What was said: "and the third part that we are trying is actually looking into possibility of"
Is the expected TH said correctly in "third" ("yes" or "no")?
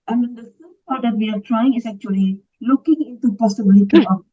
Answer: no